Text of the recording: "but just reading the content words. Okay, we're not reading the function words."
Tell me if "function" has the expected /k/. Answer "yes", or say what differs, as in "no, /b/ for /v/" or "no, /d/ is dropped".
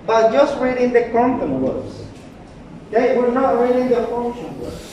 no, /k/ is dropped